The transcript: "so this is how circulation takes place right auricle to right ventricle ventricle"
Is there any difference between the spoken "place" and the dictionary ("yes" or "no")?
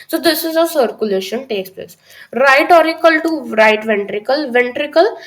no